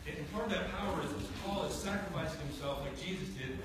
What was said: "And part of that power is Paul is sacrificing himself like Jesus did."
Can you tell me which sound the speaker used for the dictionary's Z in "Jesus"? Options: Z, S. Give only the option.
Z